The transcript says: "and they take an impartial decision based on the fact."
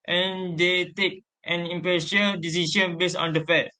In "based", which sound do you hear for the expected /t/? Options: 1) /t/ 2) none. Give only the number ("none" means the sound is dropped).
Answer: 2